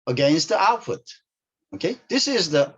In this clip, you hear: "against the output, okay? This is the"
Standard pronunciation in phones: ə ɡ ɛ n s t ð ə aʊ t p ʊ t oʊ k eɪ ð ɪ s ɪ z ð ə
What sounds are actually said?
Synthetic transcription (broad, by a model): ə ɡ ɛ n s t ð ə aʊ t f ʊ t oʊ k eɪ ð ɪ s ɪ z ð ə